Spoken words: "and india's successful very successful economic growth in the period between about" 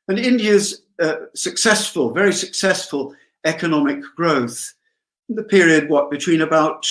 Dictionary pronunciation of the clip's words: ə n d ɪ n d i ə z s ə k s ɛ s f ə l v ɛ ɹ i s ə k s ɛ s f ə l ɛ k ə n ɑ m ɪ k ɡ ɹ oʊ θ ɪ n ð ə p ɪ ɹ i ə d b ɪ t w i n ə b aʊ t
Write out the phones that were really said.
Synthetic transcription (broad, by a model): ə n ɪ n d i ə z s ə k s ɛ s f ə l v ɛ ɹ i s ə k s ɛ s f ə l ɛ k ə n ɑ m ɪ k ɡ ɹ oʊ θ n ð ə p ɪ ɹ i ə d b ɪ t w i n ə b aʊ t